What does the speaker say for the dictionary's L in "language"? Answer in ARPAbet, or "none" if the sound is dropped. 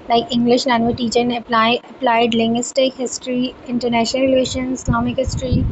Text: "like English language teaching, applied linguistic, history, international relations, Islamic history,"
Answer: N